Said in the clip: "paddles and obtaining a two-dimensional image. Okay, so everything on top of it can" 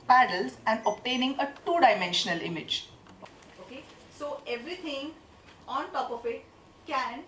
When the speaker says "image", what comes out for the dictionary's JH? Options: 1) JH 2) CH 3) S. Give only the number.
1